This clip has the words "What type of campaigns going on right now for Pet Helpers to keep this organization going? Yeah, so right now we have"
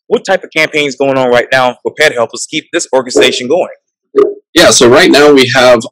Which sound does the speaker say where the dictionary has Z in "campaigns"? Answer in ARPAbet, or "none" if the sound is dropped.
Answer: Z